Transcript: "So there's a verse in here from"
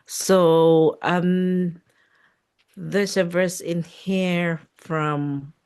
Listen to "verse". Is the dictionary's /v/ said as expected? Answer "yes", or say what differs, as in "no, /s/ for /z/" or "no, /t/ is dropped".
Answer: yes